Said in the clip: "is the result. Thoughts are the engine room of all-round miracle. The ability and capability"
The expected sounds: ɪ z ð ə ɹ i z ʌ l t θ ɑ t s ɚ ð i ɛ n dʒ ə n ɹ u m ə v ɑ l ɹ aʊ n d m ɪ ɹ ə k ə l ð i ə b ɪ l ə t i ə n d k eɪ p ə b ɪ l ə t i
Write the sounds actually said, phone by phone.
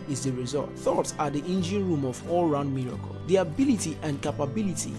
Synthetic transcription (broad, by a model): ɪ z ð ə ɹ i z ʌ l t θ ɑ t s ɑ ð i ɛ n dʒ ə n ɹ u m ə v ɑ l ɹ aʊ n d m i ɹ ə k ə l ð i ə b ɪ l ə t i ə n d k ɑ p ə b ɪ l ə t i